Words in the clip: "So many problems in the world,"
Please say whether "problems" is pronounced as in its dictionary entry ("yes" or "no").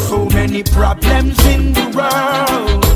yes